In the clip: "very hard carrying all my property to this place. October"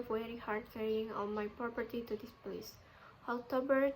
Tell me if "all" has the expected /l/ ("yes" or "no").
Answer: no